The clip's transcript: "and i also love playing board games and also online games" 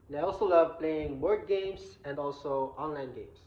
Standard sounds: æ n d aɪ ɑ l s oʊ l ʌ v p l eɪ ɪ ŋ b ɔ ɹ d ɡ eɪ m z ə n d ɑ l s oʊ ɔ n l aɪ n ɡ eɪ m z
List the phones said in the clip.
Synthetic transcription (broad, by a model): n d aɪ ɑ l s oʊ l ʌ v p l eɪ ɪ ŋ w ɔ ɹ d ɡ eɪ m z ə n d ɑ l s oʊ ɔ n l aɪ n ɡ eɪ m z